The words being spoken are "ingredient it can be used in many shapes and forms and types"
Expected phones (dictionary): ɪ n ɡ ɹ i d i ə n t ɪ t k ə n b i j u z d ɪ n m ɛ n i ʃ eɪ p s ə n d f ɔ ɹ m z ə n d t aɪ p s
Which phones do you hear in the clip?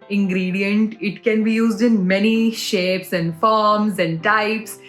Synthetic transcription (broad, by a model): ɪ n ɡ ɹ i d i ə n t ɪ t k ə n b i j u z d ɪ n m ɛ n i ʃ eɪ p s ə n d f ɔ ɹ m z ə n d t aɪ p s